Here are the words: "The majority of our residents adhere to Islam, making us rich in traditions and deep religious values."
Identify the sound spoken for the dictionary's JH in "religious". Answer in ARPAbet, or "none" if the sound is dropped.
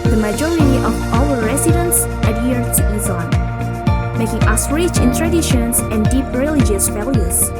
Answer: JH